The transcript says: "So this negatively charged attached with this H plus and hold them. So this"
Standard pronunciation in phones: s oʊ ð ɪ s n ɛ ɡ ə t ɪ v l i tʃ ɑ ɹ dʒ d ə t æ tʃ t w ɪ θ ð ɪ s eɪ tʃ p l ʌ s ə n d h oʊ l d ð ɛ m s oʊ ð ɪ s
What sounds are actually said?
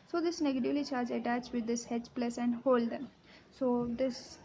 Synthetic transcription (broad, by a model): s oʊ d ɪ s n ɛ ɡ ə t ɪ v l i tʃ ɑ ɹ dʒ ə t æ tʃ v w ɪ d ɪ s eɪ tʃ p l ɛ s ə n d h oʊ l d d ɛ m s oʊ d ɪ s